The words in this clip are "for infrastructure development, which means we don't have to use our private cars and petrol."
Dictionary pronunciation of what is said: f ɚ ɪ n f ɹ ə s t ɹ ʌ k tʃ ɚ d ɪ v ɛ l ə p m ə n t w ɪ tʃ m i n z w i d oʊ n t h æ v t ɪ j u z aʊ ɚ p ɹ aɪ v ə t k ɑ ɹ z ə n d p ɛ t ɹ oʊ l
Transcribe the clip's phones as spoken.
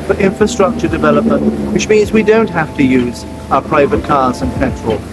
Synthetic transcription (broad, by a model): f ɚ ɪ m f ɹ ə s t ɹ ʌ k tʃ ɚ d ɪ v ɛ l ə p m ə n t w ɪ tʃ m i n z w i d oʊ n t h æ f t ɪ j u z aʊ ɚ p ɹ aɪ v ə t k ɑ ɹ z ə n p ɛ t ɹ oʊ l